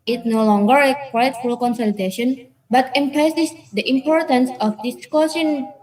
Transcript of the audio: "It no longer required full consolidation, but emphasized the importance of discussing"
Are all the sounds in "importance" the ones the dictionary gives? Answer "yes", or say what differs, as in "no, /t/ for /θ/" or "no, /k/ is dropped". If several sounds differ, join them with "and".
yes